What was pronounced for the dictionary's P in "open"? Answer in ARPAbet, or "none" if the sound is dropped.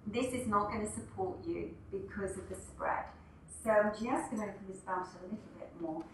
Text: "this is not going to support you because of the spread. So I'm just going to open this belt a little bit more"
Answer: F